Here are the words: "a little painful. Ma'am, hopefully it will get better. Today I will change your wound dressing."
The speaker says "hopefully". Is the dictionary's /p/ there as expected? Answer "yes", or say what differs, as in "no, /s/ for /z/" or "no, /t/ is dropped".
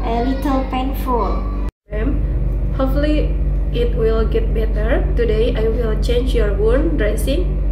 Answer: no, /p/ is dropped